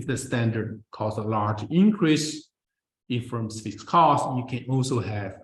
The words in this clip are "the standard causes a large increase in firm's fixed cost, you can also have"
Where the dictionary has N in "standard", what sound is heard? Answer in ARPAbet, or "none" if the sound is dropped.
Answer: N